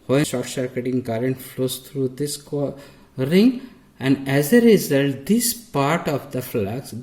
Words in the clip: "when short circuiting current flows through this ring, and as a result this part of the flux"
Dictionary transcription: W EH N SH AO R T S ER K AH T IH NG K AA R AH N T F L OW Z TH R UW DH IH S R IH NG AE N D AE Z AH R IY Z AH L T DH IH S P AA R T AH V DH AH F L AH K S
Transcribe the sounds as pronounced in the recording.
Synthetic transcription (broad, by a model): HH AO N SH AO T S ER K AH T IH NG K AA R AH N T F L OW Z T R UW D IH S R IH NG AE N D AE Z AH R IY Z AH L T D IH S P AA R T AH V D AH F L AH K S